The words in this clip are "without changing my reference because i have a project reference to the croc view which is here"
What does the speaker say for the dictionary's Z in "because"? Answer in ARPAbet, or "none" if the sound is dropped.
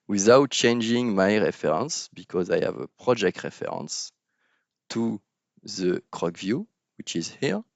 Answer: Z